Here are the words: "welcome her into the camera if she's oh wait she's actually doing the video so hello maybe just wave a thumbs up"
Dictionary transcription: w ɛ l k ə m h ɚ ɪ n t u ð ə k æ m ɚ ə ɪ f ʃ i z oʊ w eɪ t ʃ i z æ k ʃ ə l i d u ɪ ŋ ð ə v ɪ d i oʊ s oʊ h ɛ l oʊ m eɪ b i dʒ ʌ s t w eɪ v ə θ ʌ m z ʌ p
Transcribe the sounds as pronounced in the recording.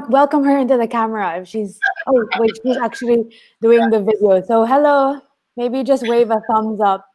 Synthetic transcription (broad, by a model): w ɛ l k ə m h ɚ ɪ n t u ð ə k æ m ɚ ə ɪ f ʃ i z oʊ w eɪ ʃ i z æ k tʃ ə l i d u ɪ ŋ ð ə v ɪ d i oʊ s oʊ h ɛ l oʊ m eɪ b i dʒ ʌ s t w eɪ v ə θ ʌ m z ʌ p